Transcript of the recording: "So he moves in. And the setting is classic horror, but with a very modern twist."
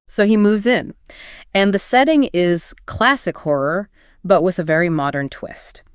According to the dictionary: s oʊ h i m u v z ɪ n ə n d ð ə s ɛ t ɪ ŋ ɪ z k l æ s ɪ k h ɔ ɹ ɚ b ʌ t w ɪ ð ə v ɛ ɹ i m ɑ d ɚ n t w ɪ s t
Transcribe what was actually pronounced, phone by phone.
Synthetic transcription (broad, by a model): s oʊ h i m u v z ɪ n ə n ð ə s ɛ t ɪ ŋ ɪ z k l æ s ɪ k h ɔ ɹ ɚ b ʌ t w ɪ ð ə v ɛ ɹ i m ɑ d ɚ n t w ɪ s t